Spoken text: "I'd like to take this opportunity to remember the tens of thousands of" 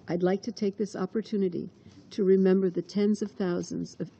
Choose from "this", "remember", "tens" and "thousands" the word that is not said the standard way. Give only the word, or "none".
none